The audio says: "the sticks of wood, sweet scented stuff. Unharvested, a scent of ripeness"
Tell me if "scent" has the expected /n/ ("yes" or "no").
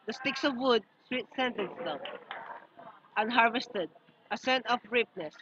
yes